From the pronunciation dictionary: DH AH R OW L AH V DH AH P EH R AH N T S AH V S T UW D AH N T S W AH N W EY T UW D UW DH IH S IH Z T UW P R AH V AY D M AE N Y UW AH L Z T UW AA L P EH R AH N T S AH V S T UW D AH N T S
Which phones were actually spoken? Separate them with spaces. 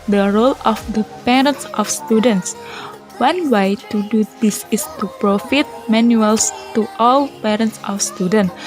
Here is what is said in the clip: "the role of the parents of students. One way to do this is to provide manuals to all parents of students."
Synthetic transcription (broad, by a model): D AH R OW L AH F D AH P EH R AH N T S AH F S T UW D AH N T S W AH N W EY T UW D UW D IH S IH S T UW P R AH F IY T M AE N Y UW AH L S T UW AA L P EH R AH N T S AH F S T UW D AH N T